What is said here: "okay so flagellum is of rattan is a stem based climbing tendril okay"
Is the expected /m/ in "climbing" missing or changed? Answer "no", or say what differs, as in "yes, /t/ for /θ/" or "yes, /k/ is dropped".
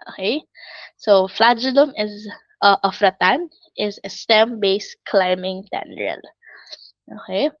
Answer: no